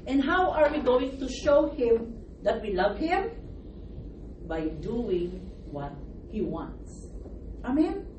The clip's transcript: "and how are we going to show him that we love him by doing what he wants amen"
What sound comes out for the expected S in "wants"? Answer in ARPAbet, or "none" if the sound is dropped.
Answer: S